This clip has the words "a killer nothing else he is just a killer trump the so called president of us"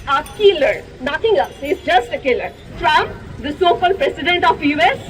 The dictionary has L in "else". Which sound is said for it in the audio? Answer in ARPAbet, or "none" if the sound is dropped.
none